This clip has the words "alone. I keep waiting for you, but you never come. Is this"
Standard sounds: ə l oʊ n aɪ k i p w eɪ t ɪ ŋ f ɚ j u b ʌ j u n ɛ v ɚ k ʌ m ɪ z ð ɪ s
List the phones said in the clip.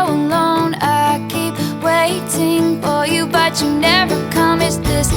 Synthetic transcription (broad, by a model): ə l oʊ n aɪ k i p w eɪ t ɪ ŋ f ɚ j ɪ b ʌ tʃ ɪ n ɛ v ɚ k ʌ m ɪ s ð ɪ s